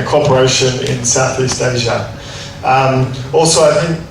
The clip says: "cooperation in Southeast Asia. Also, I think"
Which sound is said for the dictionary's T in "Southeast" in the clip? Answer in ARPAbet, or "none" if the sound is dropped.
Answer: T